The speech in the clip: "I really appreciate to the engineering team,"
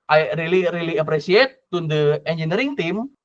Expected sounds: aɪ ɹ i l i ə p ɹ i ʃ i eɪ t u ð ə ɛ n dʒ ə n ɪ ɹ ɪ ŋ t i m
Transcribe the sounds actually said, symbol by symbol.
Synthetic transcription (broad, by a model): aɪ ɹ i l i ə p ɹ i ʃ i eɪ t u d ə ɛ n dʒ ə n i ɹ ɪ ŋ t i m